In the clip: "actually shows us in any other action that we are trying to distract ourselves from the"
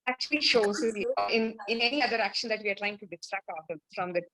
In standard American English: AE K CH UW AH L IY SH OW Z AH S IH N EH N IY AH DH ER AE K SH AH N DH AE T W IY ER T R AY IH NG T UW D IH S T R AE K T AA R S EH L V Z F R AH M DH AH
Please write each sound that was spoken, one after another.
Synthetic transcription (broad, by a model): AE K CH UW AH L IY SH OW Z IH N IH N EH N IY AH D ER AE K SH AH N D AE T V IY ER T L AY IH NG T UW D IH S T R AE K T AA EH F R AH M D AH